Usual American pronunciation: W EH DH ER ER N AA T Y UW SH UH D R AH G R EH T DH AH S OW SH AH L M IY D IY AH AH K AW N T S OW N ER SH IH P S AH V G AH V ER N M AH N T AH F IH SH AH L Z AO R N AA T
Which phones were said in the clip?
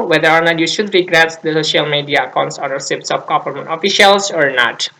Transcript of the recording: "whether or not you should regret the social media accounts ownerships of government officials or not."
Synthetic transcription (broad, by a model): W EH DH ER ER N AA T Y UW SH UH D R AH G R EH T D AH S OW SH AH L M IY D IY AH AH K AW N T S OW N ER S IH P S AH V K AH F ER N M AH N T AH F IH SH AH L S AO R N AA T